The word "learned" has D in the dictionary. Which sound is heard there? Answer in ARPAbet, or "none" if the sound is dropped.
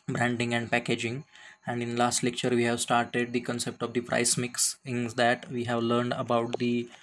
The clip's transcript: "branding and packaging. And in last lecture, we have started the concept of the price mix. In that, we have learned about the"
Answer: D